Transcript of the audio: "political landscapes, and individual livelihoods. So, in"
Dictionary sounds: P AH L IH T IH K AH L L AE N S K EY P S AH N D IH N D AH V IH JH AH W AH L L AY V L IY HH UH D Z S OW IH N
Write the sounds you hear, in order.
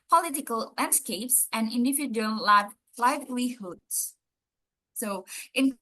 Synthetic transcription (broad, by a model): P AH L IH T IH K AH L L AE N S K EY P S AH N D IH N D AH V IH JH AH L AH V L AY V L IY HH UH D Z S OW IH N